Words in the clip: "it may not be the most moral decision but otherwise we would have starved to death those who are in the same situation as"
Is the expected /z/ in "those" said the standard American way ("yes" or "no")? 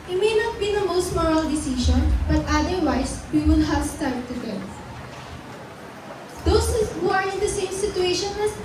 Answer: no